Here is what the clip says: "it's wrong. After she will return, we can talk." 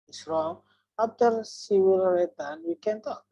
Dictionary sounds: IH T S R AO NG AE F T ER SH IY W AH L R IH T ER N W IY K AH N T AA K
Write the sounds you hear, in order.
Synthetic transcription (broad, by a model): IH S R AO NG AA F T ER S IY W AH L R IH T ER N W IY K AH N T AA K